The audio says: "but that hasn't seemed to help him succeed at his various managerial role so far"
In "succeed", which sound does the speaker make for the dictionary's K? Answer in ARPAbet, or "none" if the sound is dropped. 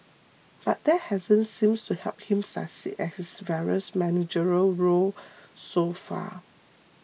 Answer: none